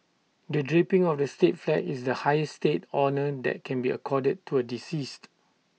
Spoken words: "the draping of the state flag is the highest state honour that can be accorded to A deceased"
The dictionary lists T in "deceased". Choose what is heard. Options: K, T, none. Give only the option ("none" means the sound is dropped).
T